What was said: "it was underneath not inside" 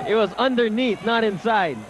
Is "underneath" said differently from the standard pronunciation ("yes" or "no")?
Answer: yes